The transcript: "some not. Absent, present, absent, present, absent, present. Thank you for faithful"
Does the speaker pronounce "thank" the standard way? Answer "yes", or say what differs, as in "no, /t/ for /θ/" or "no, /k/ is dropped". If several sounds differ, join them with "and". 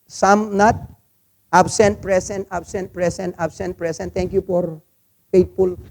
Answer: no, /t/ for /θ/